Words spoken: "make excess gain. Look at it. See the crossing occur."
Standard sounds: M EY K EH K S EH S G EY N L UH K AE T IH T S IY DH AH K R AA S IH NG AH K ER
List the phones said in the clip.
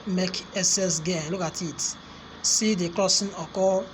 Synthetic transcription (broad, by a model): M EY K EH S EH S G EY N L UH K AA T IH T S IY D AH K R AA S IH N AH K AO